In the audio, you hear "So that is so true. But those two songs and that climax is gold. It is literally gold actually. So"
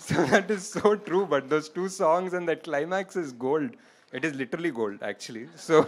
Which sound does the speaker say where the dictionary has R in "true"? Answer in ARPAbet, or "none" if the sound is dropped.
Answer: R